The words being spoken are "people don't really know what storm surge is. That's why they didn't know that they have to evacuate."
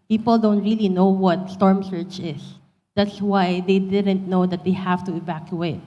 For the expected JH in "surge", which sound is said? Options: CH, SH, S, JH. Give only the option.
CH